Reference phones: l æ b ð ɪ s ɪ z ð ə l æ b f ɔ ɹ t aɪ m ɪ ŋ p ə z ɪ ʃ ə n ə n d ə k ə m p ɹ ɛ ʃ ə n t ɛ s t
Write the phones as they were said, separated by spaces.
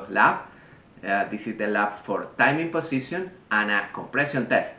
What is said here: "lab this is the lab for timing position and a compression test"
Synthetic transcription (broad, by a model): l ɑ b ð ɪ s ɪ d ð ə l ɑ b f ɔ ɹ t aɪ m ɪ ŋ p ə s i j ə n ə n ə k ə m p ɹ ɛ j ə n t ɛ s t